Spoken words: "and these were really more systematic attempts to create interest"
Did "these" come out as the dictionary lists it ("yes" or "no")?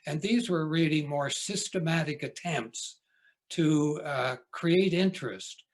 yes